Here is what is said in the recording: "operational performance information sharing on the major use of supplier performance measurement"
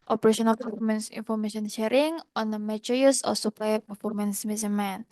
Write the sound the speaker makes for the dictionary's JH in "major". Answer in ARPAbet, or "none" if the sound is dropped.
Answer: CH